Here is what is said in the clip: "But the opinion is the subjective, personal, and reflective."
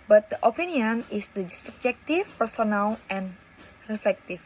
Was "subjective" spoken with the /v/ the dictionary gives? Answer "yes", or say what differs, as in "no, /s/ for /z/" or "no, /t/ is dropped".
no, /f/ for /v/